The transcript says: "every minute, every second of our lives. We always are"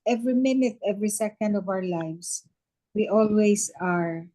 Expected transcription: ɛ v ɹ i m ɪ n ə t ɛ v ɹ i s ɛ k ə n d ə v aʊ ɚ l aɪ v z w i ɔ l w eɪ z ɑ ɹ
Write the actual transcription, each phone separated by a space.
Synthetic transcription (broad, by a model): ɛ v ɹ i m ɪ n ə t ɛ v ɹ i s ɛ k ə n d ə v aʊ ɚ l aɪ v s w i ɔ l w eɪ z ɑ ɹ